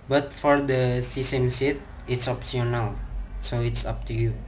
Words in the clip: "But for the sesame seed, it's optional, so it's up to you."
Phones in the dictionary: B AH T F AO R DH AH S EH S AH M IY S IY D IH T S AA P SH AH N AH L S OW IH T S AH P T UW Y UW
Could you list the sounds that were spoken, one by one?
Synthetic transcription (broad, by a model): B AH T F AO R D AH S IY S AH M S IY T IH T S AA P S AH N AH L S OW IH T S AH P T UW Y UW